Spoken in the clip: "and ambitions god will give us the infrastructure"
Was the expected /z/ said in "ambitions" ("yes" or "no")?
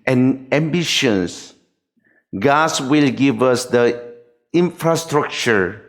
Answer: no